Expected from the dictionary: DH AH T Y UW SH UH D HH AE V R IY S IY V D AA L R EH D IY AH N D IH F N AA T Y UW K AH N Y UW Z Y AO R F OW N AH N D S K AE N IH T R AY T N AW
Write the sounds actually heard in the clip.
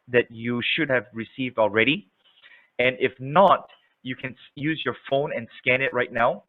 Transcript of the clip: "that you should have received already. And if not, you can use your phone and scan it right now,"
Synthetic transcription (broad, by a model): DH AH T Y UW SH UH D HH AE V R IY S IY V D AA L R EH D IY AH N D IH F N AA T Y UW K AH N Y UW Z Y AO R F OW N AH N S K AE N IH T R AY T N AW